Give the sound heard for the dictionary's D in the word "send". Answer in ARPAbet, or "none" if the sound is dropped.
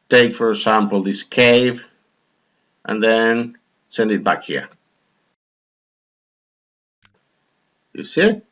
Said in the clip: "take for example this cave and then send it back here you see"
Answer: D